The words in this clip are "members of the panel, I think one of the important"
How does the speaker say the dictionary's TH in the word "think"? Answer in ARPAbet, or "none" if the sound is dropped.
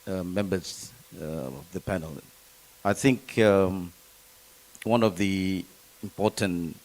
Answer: TH